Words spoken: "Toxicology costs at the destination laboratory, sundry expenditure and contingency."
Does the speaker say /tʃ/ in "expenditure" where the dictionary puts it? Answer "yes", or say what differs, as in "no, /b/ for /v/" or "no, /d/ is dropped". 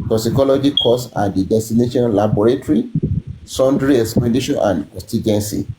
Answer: no, /ʃ/ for /tʃ/